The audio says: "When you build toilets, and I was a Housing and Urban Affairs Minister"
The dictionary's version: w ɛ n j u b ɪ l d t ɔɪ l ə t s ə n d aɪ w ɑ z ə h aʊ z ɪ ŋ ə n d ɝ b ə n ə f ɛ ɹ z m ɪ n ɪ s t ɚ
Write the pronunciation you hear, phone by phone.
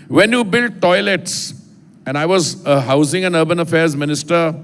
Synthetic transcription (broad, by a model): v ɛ n j u b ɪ l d t ɔɪ l ə t s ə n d aɪ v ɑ z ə h aʊ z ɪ ŋ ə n ɝ b ə n ə f ɛ ɹ z m ɪ n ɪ s t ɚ